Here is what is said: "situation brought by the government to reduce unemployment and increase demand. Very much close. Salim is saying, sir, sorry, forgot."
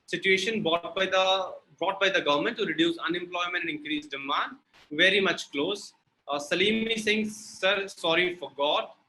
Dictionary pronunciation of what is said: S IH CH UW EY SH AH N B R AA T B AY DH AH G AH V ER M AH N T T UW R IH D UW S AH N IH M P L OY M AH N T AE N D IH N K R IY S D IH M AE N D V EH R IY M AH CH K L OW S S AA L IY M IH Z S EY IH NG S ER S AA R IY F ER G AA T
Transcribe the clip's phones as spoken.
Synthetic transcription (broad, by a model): S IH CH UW EY SH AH N B R AA T B AY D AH G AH V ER M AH N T T UW R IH D UW S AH N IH M P L OY M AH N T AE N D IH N K R IY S D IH M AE N D V EH R IY M AH CH K L OW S S AA L IY M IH S EY IH NG S ER S AA R IY F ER G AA T